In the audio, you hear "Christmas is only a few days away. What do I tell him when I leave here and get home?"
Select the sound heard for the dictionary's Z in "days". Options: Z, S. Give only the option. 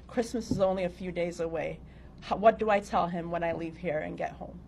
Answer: Z